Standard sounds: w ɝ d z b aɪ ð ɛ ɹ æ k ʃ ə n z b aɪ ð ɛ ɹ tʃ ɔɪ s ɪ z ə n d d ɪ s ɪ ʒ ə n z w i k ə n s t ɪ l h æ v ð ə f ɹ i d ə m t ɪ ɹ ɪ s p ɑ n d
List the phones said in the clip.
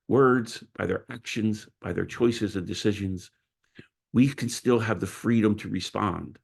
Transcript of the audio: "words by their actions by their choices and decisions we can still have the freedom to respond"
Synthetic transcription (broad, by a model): w ɝ d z b aɪ ð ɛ ɹ æ k ʃ ə n z b aɪ ð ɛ ɹ tʃ ɔɪ s ɪ z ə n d d ɪ s ɪ ʒ ə n z w i k ə n s t ɪ l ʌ v ð ə f ɹ i d ə m t ɪ ɹ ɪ s p ɑ n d